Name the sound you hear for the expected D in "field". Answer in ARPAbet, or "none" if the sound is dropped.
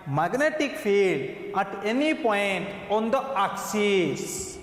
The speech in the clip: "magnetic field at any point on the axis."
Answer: D